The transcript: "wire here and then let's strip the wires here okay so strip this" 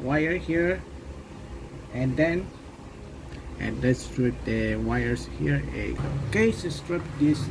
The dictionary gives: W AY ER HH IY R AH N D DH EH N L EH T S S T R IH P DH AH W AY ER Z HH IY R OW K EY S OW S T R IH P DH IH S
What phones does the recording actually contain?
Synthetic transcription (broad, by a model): W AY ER HH IY R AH N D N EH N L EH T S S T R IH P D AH W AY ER S HH IY R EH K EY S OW S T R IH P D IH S